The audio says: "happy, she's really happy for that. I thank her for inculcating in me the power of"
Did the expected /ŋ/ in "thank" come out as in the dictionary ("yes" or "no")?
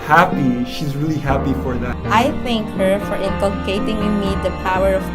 yes